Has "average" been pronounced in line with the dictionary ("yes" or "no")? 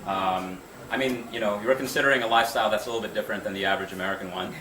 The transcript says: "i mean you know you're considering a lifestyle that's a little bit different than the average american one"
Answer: yes